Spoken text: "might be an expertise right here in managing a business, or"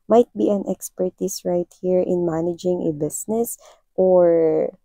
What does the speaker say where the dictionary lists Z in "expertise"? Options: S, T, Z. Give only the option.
S